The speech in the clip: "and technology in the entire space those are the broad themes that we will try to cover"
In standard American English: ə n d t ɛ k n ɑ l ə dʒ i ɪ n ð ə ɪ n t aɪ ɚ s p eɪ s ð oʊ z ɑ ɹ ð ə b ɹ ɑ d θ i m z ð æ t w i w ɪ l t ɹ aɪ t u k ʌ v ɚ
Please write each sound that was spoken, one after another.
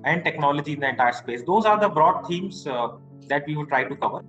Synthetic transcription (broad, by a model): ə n d t ɛ k n ɑ l ə dʒ i ɪ n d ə ɪ n t aɪ ɚ s p eɪ s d oʊ z ɑ ɹ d ə b ɹ ɑ d t i m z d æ t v i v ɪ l t ɹ aɪ t u k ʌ v ɚ